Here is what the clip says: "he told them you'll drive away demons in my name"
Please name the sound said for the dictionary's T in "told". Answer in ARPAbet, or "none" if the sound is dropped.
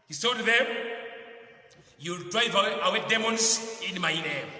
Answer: S